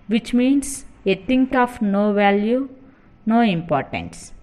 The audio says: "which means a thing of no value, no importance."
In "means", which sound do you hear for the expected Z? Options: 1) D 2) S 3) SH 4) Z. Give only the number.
2